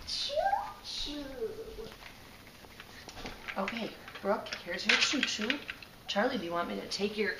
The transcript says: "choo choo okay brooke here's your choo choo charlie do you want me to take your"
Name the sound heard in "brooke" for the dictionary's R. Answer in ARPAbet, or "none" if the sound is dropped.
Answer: R